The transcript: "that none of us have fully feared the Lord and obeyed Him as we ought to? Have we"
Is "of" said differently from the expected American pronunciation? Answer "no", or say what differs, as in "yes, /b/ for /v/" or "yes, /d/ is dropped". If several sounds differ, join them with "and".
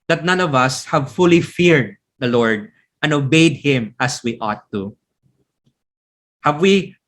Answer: no